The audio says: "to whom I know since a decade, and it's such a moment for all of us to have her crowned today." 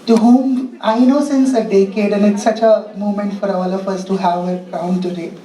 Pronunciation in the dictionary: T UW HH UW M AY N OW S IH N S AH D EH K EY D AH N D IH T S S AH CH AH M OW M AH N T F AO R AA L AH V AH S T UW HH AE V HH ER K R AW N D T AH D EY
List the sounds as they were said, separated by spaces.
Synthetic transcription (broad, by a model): T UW HH UW M AY N OW S IH N S AH D EH K EY D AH N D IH T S S AH CH AH M OW M AH N T F AO R AA L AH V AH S T UW HH AE V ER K AW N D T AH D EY